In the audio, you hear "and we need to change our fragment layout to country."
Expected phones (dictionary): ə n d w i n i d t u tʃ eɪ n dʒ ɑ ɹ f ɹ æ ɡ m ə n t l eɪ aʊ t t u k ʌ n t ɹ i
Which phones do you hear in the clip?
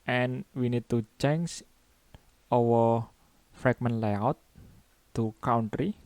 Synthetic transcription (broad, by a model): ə n w i n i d t u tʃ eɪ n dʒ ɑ w f ɹ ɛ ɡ m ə n l eɪ aʊ t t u k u n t ɹ i